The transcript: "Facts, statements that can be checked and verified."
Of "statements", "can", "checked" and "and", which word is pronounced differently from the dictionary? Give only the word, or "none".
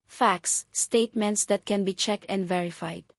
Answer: none